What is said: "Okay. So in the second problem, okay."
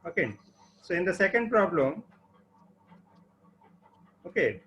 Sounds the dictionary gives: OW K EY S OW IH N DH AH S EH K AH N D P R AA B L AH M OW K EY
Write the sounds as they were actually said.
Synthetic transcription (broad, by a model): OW K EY S OW IH N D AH S EH K AH N D P R AA B L AH M OW K EY